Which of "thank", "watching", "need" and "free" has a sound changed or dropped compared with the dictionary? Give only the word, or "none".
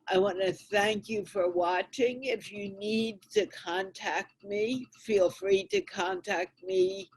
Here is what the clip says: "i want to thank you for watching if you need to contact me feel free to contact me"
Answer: none